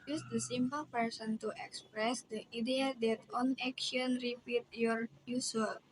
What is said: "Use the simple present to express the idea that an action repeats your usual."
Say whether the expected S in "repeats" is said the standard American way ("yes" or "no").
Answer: no